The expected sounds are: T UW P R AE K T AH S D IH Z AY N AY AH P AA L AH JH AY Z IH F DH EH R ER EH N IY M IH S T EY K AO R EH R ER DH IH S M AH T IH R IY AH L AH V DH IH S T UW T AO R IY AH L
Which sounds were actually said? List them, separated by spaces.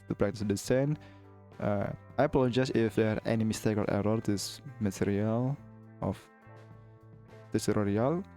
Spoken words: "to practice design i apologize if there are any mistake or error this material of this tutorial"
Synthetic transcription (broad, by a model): T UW P R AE K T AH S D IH S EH N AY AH P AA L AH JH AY S IH F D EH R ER EH N IY M IH S T EY K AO L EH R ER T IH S M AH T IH R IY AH L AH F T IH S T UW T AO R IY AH L